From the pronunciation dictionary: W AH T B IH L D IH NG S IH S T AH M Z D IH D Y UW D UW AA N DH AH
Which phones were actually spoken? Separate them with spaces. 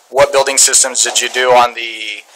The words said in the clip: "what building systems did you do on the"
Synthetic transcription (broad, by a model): W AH T B IH L D IH NG S IH S T AH M Z D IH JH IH D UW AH N DH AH